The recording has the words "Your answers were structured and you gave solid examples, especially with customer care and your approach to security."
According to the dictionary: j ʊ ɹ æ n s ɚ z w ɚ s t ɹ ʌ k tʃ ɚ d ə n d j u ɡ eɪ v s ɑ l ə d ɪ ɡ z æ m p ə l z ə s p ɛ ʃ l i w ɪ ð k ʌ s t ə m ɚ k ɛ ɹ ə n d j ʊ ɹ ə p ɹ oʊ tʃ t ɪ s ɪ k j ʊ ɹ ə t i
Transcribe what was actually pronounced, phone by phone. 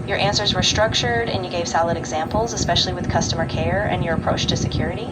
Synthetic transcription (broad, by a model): j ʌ ɹ æ n s ɚ z w ɚ s t ɹ ʌ k tʃ ɚ d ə n j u ɡ eɪ v s ɑ l ə d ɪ ɡ z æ m p l z ə s p ɛ ʃ l i w ɪ ð k ʌ s t ə m ɚ k ɛ ɹ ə n j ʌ ɹ ə p ɹ oʊ tʃ t ɪ s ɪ k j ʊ ɹ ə t i